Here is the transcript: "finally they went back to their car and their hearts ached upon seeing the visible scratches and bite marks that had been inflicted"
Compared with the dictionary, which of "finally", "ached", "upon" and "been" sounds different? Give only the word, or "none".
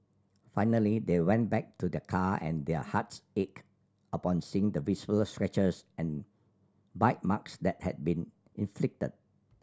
ached